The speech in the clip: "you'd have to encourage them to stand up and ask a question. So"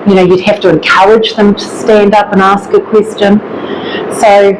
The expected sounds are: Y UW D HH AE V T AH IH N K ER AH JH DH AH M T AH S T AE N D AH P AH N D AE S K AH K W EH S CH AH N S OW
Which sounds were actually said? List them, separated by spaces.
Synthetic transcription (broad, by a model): Y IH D HH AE F T AH IH N K ER AH JH DH AH M T AH S T AE N D AH P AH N AE S K AH K W EH S CH AH N S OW